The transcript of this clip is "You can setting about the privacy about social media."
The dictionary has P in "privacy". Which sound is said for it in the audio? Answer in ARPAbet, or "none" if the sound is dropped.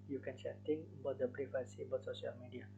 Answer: B